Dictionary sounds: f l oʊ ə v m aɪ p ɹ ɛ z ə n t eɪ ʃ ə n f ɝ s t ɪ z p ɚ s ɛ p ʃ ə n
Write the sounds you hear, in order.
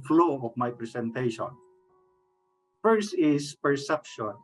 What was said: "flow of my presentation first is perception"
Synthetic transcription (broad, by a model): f l oʊ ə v m aɪ p ɹ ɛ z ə n t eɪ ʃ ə n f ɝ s ɪ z p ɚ s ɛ p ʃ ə n